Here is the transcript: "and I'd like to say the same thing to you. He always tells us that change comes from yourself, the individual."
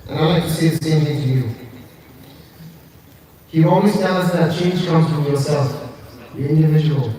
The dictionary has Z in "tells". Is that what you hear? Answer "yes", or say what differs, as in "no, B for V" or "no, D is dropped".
no, Z is dropped